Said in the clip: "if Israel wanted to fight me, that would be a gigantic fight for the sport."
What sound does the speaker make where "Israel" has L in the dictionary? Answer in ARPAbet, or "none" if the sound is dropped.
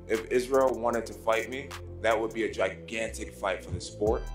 L